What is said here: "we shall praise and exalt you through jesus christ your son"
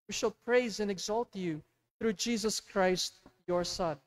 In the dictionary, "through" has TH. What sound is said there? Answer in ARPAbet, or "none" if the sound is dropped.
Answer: TH